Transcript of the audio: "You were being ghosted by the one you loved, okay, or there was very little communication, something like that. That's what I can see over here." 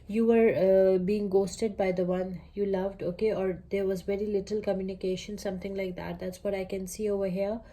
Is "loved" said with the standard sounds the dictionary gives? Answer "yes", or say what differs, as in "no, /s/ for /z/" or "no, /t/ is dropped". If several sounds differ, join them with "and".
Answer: yes